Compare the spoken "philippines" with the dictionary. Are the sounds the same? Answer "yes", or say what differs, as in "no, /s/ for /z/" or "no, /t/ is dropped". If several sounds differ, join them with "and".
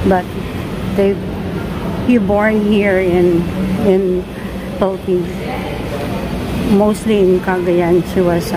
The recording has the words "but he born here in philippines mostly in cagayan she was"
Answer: no, /z/ is dropped